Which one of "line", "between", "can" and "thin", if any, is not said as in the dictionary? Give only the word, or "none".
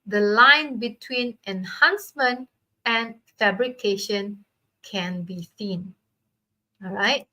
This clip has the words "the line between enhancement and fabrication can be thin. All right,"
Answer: thin